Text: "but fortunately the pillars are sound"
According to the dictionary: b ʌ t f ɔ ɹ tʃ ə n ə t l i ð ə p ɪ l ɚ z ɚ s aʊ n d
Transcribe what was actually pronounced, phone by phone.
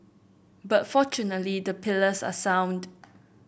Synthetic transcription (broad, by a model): b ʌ t f ɔ tʃ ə n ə t l i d ə p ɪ l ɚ s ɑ s aʊ n d